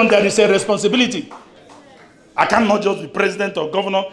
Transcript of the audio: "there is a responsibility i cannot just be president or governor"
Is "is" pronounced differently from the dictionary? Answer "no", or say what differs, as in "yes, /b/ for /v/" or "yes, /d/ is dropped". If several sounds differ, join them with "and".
yes, /s/ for /z/